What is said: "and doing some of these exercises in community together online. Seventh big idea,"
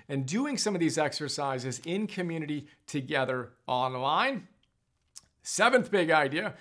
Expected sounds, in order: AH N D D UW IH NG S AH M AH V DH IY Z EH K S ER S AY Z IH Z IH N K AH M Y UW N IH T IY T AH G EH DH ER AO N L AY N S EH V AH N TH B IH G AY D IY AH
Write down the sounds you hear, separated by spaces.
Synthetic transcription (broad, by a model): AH N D D UW IH NG S AH M AH V DH IY Z EH K S ER S AY Z IH Z IH N K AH M Y UW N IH T IY T AH G EH DH ER AO N L AY N S EH V AH N TH B IH G AY D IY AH